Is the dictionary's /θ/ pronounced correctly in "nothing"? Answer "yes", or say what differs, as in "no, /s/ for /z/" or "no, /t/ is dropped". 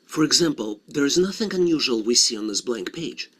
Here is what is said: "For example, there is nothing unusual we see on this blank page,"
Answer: yes